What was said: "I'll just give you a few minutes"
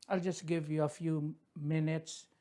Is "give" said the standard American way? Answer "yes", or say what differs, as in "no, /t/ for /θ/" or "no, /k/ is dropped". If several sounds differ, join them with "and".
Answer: yes